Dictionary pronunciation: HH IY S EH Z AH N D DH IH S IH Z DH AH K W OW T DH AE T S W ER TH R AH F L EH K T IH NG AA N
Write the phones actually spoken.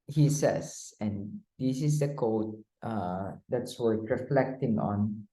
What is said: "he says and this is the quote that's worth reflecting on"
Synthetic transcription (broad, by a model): HH IY S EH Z AH N D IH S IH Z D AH K OW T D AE T S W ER T R AH F L EH K T IH NG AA N